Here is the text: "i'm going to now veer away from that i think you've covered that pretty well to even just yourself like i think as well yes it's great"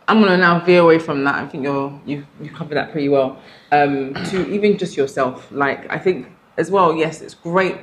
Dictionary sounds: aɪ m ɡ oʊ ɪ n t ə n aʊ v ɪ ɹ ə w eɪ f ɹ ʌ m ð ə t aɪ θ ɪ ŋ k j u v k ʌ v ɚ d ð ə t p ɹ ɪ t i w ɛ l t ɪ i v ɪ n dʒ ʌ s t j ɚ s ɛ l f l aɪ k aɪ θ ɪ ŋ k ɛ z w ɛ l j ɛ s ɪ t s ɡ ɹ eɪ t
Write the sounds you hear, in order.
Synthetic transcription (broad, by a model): aɪ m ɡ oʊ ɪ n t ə n aʊ v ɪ ə w eɪ f ɹ ʌ m ð ə t aɪ θ ɪ ŋ k j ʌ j k ʌ v ɚ ð ə t p ɹ ɪ t i w ɛ l t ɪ i v ɪ n dʒ ʌ s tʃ j ɚ s ɛ l f l aɪ k aɪ θ ɪ ŋ k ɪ z w ɛ l j ɛ s ɪ t s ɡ ɹ eɪ t